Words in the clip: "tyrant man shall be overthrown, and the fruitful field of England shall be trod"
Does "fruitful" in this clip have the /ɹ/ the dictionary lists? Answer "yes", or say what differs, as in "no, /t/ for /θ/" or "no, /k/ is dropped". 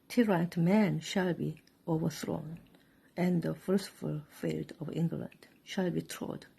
no, /l/ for /ɹ/